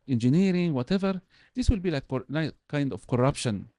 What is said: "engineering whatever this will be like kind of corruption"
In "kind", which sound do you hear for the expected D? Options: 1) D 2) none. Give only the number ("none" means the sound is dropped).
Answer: 1